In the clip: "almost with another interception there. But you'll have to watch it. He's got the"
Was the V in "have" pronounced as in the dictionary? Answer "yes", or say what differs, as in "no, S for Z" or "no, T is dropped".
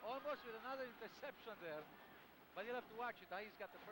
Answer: no, F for V